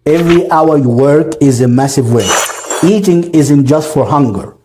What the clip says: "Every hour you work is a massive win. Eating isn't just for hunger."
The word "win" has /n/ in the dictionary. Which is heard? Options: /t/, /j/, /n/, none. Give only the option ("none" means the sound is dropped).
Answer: none